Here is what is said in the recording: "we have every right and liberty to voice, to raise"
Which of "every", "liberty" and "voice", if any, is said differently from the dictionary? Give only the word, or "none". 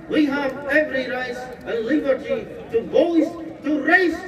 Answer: voice